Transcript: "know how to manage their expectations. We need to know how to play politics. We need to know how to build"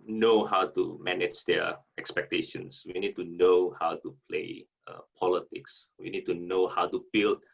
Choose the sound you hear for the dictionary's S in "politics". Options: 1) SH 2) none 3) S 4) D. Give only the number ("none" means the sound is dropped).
3